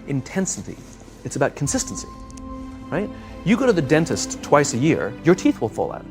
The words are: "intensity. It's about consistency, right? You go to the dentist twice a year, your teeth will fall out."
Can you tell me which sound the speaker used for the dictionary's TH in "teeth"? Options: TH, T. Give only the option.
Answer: TH